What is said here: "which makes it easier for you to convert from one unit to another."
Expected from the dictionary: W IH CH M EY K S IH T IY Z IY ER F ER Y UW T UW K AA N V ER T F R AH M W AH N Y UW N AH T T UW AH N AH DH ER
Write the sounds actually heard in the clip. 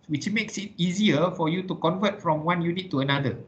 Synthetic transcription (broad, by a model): W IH CH M EY K S IH T IY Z IY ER F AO Y UW T UW K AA N V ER T F R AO M W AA N Y UW N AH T T UW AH N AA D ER